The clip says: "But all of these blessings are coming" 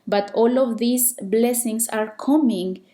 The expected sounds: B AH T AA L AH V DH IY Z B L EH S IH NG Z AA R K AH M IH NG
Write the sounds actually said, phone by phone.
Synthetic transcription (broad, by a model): B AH T AA L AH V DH IY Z B L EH S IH NG S AA R K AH M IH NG